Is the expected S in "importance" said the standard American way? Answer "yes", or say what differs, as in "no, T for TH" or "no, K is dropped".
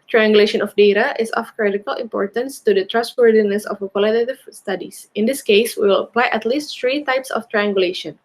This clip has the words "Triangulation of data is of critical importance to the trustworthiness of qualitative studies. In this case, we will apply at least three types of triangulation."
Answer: yes